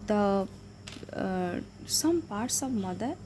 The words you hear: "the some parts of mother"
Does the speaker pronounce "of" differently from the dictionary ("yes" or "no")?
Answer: yes